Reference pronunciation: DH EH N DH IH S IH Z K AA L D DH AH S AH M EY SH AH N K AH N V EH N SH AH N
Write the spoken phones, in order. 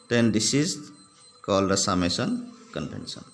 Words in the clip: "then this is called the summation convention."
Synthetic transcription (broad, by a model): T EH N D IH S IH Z K AA L D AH S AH M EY S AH N K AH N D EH N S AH N